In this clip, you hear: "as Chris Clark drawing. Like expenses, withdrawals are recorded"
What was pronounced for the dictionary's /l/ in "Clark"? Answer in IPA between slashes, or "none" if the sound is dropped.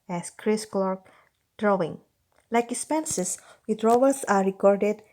/l/